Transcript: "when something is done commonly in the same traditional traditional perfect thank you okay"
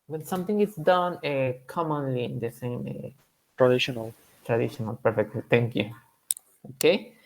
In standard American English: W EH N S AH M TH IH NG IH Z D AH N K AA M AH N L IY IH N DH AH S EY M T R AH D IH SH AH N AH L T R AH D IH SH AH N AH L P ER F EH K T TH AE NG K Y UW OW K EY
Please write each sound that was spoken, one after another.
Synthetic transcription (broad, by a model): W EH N S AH M T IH NG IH S D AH N K AA M AH N L IY IH N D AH S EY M T R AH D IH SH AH N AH L T R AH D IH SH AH N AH L P ER F EH K T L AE NG K Y UW OW K EY